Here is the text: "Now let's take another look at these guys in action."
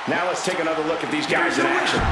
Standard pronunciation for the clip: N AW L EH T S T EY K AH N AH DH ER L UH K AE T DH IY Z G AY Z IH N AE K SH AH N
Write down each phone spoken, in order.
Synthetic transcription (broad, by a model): N AW L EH T S T EY K AH N AH DH ER L UH K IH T DH IY Z G AY Z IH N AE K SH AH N